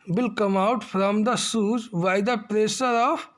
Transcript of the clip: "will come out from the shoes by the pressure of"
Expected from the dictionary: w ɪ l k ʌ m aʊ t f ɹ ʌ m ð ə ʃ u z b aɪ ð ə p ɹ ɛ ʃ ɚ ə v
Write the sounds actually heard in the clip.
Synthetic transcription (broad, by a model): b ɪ l k ʌ m aʊ t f ɹ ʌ m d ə s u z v aɪ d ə p ɹ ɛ s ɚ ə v